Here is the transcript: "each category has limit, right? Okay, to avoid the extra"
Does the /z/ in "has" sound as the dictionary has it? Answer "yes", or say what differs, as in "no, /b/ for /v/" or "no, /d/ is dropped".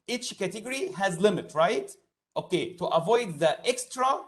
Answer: yes